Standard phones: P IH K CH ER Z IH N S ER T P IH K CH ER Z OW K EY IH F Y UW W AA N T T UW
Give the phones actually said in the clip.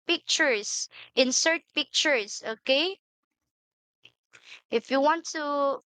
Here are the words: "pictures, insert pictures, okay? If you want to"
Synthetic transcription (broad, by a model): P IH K CH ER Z IH N S ER T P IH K CH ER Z OW K EY IH F Y UW W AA N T T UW